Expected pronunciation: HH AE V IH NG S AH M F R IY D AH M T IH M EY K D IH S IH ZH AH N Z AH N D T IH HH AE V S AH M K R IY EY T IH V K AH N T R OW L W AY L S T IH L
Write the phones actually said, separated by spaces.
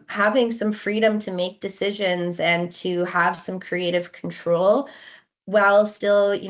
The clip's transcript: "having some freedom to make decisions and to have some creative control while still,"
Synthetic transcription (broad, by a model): HH AE V IH NG S AH M F R IY D AH M T IH M EY K D IH S IH ZH AH N Z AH N T IH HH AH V S AH M K R IY EY T IH V K N T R OW L W AY L S T IH L